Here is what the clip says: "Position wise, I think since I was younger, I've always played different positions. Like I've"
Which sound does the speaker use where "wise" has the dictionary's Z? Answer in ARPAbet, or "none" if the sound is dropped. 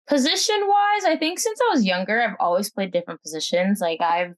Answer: Z